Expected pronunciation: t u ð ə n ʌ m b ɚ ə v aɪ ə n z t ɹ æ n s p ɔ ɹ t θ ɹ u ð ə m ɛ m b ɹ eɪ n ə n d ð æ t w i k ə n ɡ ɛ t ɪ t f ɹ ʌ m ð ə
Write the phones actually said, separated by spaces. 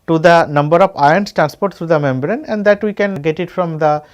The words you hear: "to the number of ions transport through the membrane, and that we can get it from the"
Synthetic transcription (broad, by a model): t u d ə n ʌ m b ɚ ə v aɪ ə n s t ɹ æ n s p ɔ ɹ t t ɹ u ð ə m ɛ m b ɹ eɪ n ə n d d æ t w i k ə n ɡ ɛ t ɪ t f ɹ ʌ m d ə